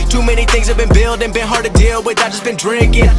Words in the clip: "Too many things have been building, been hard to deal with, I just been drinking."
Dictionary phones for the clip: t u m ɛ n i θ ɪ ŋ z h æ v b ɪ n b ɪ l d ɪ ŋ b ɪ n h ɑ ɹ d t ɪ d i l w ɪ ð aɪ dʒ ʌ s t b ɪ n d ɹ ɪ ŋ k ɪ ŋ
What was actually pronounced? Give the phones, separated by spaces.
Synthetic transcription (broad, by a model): t u m ɛ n i θ ɪ ŋ z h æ v b ɪ n b ɪ l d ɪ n b ɪ n h ɑ ɹ d t ɪ d i l w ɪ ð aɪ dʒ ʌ s b ɪ n d ɹ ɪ ŋ k ɪ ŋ